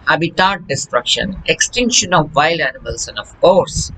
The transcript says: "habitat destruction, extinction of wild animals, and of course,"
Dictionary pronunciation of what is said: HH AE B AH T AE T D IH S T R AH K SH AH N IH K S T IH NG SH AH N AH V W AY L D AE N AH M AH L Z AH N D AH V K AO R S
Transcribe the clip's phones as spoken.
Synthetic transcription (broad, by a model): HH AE B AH T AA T D IH S T R AH K SH AH N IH K S T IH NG SH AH N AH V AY L AE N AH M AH L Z AH N D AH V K AO R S